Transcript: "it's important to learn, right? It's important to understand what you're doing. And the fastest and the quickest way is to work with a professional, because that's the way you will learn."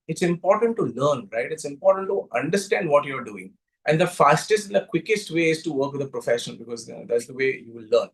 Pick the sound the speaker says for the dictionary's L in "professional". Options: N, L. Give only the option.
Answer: N